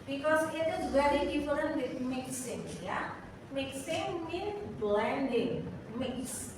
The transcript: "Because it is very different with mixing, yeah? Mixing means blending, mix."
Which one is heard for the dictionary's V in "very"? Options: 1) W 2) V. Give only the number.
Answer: 1